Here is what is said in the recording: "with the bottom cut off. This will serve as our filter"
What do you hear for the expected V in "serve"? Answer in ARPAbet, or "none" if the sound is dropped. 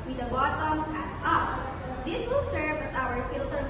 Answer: F